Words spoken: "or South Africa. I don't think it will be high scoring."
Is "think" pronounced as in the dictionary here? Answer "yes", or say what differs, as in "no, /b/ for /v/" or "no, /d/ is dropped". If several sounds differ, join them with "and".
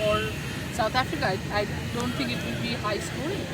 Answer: no, /t/ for /θ/